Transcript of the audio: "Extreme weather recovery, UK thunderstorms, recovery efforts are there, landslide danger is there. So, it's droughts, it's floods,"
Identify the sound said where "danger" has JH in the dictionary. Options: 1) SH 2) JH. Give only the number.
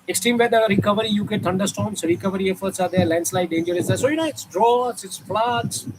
2